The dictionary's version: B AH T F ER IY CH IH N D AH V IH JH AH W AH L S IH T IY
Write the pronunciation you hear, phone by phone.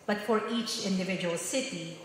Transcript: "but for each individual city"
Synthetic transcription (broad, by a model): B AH T F ER IY CH IH N D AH V IH JH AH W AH L S IH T IY